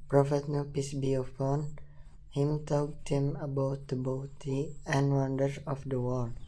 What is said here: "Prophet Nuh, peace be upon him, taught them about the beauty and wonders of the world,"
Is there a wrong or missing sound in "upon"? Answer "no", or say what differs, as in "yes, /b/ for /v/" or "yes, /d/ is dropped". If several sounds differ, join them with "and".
yes, /f/ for /p/